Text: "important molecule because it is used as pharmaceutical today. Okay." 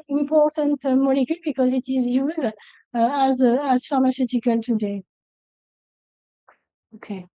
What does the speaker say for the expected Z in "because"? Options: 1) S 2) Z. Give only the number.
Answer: 2